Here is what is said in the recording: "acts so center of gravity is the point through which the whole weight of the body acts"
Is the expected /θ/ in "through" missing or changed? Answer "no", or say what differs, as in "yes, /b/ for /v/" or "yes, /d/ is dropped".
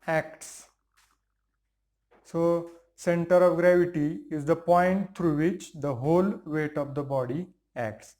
yes, /t/ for /θ/